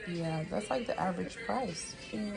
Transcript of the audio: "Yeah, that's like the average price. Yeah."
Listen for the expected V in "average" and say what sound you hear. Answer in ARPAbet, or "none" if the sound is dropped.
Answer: V